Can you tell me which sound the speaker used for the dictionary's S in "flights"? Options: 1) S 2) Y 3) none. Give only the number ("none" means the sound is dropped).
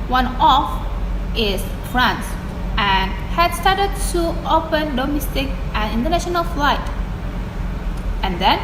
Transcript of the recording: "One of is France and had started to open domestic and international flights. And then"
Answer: 3